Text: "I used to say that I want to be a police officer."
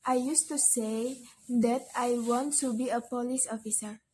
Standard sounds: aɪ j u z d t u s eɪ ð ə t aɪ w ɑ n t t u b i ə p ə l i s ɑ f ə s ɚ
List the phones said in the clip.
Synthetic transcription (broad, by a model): aɪ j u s t u s eɪ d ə t aɪ w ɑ n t t u b i ə p ə l i s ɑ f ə s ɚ